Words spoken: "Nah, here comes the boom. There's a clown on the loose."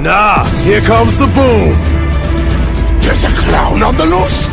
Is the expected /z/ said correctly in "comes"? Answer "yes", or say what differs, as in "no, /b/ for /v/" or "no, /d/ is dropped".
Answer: yes